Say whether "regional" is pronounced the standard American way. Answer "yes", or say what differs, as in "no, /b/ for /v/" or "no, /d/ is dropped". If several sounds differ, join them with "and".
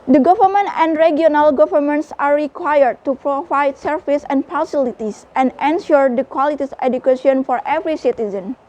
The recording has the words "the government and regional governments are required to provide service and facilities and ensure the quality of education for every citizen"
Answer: no, /dʒ/ is dropped